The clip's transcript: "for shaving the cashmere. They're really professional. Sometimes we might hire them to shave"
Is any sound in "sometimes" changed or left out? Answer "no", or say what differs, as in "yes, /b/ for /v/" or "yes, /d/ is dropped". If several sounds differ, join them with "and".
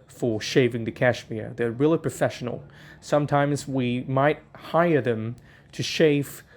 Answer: no